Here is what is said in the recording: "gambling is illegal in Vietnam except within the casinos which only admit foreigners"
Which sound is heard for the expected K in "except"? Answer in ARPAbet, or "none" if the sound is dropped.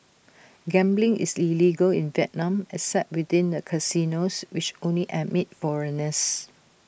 none